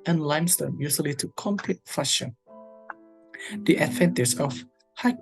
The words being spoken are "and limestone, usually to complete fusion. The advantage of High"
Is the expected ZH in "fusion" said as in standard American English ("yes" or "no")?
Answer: no